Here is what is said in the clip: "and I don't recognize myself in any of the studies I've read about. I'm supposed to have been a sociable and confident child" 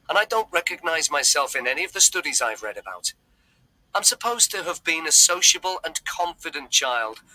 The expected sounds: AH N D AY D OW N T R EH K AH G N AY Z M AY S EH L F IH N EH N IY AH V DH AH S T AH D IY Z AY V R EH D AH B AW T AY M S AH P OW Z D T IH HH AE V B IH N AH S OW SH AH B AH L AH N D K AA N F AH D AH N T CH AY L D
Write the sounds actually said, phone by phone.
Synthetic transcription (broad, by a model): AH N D AY D OW N T R EH K AH G N AY Z M AY S EH L F IH N EH N IY AH V DH AH S T AH D IY Z AY V R EH D AH B AW T AY M S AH P OW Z T IH V B IH N AH S OW SH AH B AH L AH N K AA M F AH D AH N CH AY L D